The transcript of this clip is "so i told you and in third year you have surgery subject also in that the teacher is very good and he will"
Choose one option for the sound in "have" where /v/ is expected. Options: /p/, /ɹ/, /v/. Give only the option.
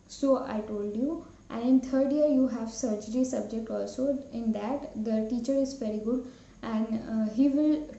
/v/